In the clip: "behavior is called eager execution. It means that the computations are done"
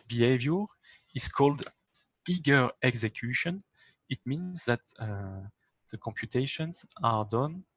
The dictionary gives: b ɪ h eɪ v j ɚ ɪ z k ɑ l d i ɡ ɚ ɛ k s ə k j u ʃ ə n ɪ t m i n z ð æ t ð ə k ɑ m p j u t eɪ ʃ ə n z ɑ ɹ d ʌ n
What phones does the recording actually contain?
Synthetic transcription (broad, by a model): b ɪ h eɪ v j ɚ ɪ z k ɑ l d i ɡ ɚ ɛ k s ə k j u ʃ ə n ɪ t m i n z ð æ t ð ə k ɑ m p j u t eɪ ʃ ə n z ɑ ɹ d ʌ n